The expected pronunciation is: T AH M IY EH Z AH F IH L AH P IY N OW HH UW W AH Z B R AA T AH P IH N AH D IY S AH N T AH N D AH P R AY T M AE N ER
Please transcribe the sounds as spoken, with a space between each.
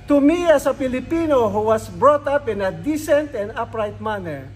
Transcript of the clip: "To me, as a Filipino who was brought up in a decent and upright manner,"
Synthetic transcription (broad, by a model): T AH M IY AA S AH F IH L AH P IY N OW HH UW W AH S B R AA T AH P IH N AH D IY S AH N T AH N D AH P R AY T M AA N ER